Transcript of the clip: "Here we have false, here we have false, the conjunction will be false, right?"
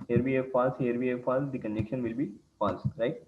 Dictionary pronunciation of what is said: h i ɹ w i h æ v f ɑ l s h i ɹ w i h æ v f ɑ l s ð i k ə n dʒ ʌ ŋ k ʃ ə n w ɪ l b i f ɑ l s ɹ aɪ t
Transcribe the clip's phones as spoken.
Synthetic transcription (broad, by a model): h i ɹ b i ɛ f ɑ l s h i ɹ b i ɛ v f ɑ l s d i k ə n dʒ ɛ k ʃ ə n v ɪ l b i f ɑ l s ɹ aɪ t